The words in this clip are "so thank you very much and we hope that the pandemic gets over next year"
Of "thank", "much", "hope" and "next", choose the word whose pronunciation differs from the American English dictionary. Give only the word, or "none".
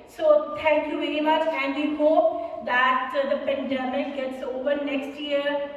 thank